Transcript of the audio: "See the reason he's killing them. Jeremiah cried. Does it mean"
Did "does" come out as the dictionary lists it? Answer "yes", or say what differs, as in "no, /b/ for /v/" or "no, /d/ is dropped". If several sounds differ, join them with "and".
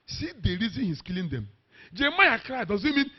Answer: yes